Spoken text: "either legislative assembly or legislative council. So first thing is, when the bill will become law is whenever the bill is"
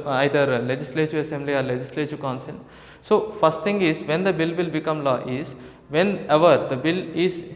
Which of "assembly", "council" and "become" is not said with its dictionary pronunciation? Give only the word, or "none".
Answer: council